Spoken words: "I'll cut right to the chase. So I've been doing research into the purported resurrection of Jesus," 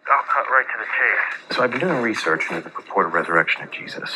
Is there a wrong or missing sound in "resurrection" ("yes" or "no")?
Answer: no